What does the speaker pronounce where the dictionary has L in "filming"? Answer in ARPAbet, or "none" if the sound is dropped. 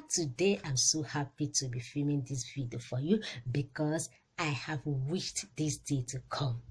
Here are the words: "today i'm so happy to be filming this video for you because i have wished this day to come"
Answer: none